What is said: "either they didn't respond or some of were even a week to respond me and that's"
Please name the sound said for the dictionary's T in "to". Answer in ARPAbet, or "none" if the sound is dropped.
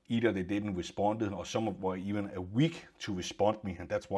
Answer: S